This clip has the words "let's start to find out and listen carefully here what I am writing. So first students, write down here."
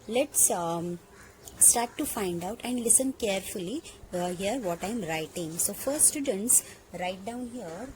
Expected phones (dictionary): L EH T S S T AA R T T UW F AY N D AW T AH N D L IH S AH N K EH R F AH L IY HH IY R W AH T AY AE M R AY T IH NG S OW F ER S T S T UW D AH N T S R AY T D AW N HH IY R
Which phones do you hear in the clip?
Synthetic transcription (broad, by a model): L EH T S S T AA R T T UW F AY N D AW T AH N D L IH S AH N K EH R F AH L IY HH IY R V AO T AY M R AY T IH NG S OW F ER T S T UW D AH N T S R AY T D AW N HH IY R